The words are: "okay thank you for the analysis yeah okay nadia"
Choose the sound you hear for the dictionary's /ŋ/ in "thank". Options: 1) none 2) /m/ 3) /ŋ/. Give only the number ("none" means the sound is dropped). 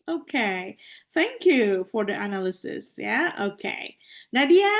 3